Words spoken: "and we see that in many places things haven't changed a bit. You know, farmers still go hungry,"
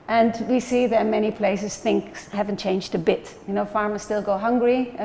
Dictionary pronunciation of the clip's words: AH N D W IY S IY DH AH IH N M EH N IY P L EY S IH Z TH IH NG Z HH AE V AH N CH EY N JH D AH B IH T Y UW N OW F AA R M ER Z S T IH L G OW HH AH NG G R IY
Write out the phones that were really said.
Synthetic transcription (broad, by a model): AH N W IY S IY DH AH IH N M EH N IY P L EY S IH Z TH IH NG S HH AE V AH N CH EY N JH D AH B IH T Y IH N OW F AA R M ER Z S T IH L G OW HH AH NG G R IY